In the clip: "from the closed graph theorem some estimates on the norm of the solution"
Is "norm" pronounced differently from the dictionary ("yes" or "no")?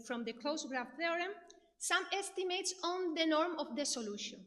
no